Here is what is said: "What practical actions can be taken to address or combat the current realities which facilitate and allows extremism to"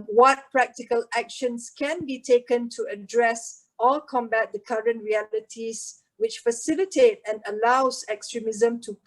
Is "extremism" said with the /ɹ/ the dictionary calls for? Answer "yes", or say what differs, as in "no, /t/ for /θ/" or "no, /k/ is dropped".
yes